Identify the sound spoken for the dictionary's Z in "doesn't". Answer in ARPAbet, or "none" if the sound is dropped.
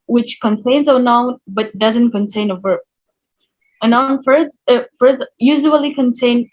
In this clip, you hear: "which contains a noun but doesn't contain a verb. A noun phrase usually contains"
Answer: Z